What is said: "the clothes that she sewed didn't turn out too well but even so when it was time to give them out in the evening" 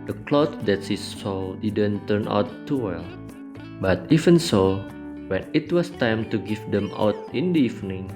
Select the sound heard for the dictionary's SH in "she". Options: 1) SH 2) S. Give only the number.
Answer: 2